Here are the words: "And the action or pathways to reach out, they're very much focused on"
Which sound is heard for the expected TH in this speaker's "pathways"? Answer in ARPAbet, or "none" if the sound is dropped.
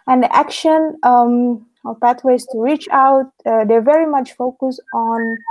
T